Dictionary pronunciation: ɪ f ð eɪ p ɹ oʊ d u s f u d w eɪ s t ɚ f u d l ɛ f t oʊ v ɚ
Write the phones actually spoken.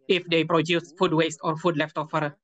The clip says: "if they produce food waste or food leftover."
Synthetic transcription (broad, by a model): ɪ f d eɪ p ɹ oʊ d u s f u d w eɪ s t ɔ f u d l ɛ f t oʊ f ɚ